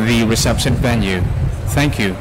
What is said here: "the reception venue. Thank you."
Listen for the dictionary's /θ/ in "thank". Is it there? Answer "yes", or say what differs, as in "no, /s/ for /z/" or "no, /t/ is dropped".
yes